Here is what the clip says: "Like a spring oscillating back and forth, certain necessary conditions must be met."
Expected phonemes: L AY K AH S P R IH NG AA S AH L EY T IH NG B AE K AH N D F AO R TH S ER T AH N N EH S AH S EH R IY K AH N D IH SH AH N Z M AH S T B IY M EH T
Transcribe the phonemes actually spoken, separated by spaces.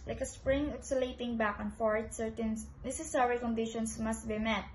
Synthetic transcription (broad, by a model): L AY K AH S P R IH NG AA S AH L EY T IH NG B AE K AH N F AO R T S ER T AH N N EH S AH S EH R IY K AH N D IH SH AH N S M AH S T B IY M EH T